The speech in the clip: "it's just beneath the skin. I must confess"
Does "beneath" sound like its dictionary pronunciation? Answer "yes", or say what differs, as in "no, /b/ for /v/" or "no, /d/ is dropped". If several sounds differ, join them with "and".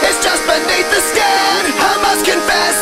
no, /t/ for /θ/